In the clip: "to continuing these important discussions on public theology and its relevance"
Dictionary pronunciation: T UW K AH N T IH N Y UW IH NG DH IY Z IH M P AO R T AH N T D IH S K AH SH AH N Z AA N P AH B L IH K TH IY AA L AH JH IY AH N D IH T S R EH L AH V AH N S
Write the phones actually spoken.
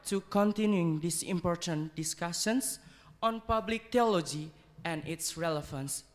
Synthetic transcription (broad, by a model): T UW K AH N T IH N Y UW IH NG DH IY S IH M P AO R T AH N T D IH S K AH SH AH N S AA N P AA B L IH K T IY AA L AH JH IY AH N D IH T S R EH L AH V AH N S